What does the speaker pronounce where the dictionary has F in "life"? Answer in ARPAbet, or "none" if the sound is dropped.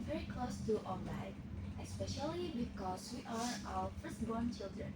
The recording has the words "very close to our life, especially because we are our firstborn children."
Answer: none